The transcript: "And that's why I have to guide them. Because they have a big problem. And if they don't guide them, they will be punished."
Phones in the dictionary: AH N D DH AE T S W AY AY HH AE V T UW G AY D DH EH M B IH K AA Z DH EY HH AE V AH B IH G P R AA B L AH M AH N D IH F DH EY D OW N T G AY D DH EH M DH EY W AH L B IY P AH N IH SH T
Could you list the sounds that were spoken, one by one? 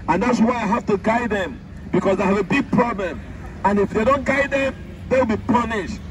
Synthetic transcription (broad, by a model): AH N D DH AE T S W AY AY HH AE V T UW G AY D DH EH M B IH K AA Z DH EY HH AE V AH B IH G P R AA B L AH M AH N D IH F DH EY D OW N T G AY D DH EH M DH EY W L B IY P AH N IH SH T